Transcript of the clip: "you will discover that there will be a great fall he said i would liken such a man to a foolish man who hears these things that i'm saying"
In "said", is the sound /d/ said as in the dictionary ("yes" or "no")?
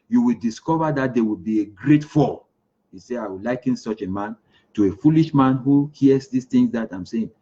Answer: no